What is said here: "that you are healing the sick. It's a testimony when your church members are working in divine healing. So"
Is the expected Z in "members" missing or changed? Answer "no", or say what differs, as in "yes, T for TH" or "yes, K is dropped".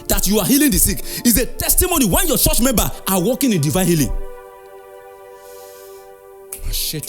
yes, Z is dropped